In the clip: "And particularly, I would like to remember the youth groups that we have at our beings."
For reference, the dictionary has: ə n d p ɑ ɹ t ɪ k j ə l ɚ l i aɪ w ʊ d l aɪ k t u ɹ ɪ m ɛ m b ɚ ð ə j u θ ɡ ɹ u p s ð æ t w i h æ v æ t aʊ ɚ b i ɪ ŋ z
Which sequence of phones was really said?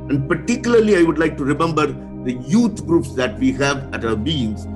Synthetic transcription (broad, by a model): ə n d p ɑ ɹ t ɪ k j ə l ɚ l i aɪ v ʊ d l aɪ k t u ɹ ɪ m ɛ m b ɚ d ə j u t ɡ ɹ u p s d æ t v i h æ v æ t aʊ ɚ b i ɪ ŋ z